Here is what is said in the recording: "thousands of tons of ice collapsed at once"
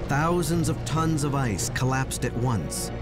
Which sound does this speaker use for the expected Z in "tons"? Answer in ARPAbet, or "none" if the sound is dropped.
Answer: Z